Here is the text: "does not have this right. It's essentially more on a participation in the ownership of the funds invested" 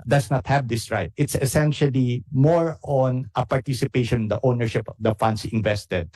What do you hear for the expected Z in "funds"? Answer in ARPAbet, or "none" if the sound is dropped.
S